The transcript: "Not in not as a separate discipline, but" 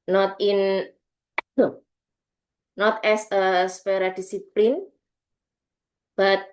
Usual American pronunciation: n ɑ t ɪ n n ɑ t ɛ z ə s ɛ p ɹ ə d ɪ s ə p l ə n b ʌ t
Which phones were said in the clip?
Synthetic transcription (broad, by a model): n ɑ t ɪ n n ɑ t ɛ s ə s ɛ ɹ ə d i s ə p l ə n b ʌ t